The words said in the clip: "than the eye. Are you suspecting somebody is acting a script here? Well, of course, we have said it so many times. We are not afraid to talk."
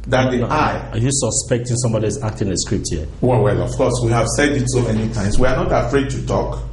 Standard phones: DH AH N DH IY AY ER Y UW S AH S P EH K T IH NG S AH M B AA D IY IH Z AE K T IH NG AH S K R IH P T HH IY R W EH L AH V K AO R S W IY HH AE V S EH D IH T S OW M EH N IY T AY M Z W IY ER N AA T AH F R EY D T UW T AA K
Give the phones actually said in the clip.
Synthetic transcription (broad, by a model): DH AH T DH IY AY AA Y UW S AH S P EH K T IH NG S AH M B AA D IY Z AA K T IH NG AH S K R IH P T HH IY W W EH L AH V K AO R S W IY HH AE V S EH D IH T S OW M EH N IY T AY M S W IY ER N AA T AH F R EY D T UW T AA K